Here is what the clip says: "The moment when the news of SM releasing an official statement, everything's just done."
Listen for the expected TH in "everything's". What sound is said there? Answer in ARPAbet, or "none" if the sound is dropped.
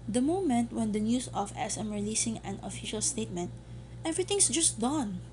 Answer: T